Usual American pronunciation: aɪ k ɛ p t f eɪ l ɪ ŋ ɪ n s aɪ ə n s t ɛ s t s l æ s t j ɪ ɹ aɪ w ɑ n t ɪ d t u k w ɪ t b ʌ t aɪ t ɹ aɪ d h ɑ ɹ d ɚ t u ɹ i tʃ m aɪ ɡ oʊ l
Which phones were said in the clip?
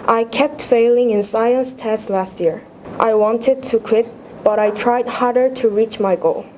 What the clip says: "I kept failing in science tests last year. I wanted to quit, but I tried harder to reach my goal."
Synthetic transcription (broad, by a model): aɪ k ɛ p t f eɪ l ɪ ŋ ɪ n s aɪ ə n s t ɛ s s l æ s t j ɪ ɹ aɪ w ɑ n t ɪ d t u k w ɪ t b ʌ t aɪ t ɹ aɪ d h ɑ ɹ d ɚ t u ɹ i tʃ m aɪ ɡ oʊ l